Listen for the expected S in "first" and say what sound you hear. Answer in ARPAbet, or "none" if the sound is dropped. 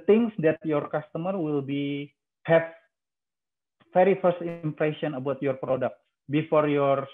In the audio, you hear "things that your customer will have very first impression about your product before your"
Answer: S